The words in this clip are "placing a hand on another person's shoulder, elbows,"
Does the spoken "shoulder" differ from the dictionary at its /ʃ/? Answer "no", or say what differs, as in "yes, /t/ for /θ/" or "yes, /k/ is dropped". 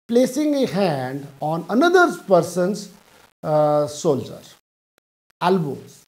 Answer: yes, /s/ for /ʃ/